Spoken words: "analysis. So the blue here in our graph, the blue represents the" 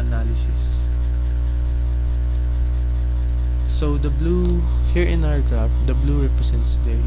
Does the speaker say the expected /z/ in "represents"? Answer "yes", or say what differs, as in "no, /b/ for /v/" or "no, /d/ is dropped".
no, /s/ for /z/